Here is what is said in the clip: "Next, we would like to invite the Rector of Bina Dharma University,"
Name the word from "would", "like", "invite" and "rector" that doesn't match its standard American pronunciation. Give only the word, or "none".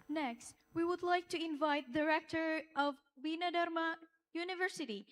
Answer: none